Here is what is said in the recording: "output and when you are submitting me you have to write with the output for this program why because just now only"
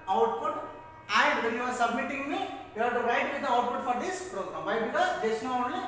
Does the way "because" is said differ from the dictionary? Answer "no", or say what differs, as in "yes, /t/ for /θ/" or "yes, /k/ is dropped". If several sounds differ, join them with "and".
yes, /k/ is dropped and /z/ is dropped